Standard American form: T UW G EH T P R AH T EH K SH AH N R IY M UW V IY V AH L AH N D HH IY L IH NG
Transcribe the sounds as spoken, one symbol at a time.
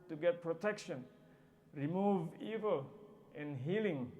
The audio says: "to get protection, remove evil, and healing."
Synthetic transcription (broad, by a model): T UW G EH T P R AH T EH K SH AH N R IY M UW V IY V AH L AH N HH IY L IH NG